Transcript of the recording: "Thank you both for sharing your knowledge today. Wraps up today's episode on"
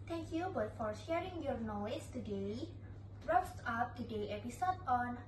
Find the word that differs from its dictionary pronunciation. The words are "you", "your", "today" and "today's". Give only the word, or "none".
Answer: today's